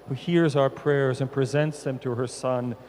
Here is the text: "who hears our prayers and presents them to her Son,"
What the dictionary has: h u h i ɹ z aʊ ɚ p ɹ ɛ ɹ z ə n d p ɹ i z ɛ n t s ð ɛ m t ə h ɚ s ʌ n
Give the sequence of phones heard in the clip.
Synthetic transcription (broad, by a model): h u h i ɹ z aʊ ɚ p ɹ ɛ ɹ z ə n p ɹ i z ɛ n t s ð ɛ m t ə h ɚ s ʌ n